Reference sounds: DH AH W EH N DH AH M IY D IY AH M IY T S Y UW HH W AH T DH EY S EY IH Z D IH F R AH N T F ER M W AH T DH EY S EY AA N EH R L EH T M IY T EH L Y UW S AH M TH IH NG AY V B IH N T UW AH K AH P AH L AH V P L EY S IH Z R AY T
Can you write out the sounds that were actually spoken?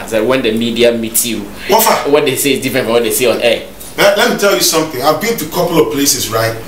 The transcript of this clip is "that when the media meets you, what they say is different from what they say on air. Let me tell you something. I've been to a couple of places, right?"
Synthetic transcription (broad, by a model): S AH W EH N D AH M IY D IY AH M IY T Y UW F W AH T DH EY S EY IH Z D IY F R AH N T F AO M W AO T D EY S EY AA N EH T L EH T M IY T EH L Y UW S AH M TH IH NG AY V B IH N T UW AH K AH P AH L AH V P L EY S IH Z R AY T